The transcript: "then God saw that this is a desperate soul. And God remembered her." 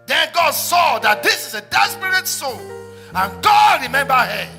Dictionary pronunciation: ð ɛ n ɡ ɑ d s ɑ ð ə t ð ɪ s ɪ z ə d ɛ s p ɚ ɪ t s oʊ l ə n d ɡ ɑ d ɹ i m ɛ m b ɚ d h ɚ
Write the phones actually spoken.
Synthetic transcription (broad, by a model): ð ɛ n ɡ ɑ d s ɑ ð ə t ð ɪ s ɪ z ə d ɛ s p ɚ ɪ t s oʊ n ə n ɡ ɑ d ɹ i m ɛ m b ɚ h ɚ